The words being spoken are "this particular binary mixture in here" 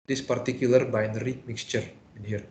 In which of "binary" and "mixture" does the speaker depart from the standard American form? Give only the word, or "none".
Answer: none